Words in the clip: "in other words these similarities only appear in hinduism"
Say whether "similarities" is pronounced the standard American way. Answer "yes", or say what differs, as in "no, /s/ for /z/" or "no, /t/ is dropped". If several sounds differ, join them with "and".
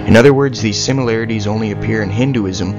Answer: yes